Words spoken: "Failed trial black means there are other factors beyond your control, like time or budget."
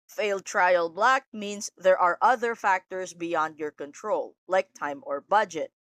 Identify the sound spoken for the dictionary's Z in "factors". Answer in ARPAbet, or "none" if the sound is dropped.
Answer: S